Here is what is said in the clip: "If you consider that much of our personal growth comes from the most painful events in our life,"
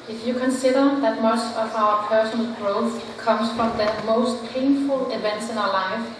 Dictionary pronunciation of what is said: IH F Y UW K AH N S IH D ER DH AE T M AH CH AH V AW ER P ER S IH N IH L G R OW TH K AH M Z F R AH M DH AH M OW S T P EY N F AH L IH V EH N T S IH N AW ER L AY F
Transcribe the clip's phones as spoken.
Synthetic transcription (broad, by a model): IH F Y UW K AH N S IH D ER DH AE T M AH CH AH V AW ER P ER S IH N IH L G R OW TH K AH M S F R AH M DH AH M OW S T P EY N F AH L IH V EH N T S IH N AW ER L AY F